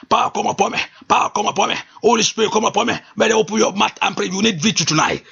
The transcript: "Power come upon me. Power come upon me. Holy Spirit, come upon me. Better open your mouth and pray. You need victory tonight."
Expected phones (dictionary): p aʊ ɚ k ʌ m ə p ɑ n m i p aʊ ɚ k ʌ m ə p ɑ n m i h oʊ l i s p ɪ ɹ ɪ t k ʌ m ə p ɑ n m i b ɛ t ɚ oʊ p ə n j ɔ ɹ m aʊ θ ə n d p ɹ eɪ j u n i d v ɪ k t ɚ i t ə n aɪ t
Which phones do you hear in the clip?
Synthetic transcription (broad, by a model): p aʊ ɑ k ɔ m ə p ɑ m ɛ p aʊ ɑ k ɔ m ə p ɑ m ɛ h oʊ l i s p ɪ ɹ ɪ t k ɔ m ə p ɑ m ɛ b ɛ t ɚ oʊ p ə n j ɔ m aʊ t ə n p ɹ eɪ j u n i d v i t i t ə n aɪ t